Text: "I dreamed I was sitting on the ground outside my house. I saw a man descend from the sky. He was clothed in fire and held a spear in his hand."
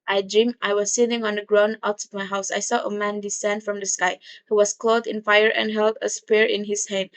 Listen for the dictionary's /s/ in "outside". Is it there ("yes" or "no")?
no